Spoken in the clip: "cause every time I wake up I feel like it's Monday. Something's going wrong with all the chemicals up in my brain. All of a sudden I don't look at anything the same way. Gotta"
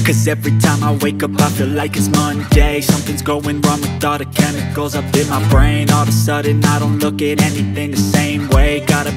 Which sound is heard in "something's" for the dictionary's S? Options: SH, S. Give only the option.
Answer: S